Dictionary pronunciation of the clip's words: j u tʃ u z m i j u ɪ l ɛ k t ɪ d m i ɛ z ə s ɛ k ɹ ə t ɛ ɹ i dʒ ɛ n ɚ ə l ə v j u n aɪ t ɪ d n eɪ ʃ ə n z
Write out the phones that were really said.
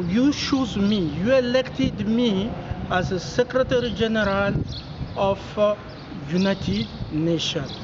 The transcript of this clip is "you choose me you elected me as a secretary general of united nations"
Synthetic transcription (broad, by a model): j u ʃ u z m i j u ɪ l ɛ k t ɪ d m i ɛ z ə s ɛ k ɹ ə t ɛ ɹ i dʒ ɛ n ɚ ə l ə f j u n aɪ t ɪ d n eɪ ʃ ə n